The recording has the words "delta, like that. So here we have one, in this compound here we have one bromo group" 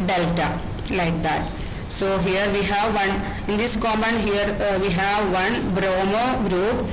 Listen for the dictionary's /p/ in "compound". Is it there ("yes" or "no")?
no